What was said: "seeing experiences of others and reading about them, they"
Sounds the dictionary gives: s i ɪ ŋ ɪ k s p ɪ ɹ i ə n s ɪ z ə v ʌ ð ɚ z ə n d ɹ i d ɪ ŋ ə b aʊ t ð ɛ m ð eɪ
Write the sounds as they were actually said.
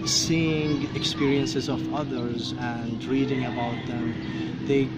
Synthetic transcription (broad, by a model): s i ɪ ŋ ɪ k s p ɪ ɹ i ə n s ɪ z ə v ʌ ð ɚ z ə n d ɹ i d ɪ ŋ ə b aʊ t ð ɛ m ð eɪ